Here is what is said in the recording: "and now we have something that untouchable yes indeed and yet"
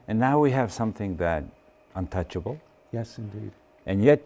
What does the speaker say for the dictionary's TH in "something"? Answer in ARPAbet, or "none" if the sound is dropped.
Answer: TH